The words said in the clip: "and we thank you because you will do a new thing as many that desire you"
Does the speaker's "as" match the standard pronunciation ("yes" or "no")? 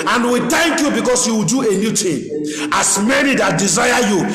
no